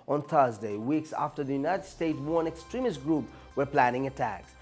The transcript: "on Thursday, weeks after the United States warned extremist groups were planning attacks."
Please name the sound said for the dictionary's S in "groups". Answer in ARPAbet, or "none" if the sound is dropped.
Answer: none